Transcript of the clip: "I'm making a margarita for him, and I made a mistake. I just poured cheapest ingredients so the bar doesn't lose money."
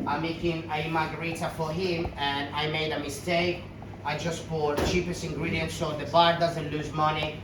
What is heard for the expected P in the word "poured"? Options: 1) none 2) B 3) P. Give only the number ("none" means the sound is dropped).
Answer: 2